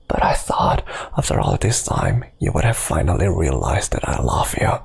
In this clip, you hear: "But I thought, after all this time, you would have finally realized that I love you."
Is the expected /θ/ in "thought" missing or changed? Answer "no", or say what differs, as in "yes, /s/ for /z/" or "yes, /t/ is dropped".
no